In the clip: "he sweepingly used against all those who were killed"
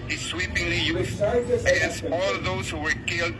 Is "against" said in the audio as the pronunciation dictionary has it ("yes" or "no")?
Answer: no